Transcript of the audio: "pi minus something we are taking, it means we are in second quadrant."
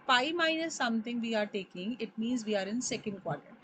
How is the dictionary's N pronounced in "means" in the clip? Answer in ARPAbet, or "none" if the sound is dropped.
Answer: N